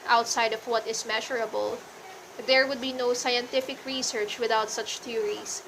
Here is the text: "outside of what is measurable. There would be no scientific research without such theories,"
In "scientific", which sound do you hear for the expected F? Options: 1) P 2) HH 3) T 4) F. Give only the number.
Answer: 4